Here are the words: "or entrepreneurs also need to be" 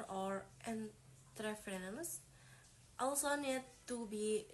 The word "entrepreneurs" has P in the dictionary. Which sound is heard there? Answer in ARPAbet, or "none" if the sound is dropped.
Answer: F